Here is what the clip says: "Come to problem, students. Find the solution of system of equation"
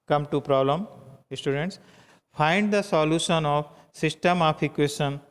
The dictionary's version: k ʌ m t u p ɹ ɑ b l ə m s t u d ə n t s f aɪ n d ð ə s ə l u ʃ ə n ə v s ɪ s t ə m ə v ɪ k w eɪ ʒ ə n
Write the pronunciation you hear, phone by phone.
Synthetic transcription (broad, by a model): k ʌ m t u p ɹ ɑ b l ə m s t u d ə n t s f aɪ n d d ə s ə l u ʃ ə n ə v s ɪ s t ə m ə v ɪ k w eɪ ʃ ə n